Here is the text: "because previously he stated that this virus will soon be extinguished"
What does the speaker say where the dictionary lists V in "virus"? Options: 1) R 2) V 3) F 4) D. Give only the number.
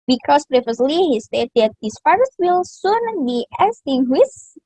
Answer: 3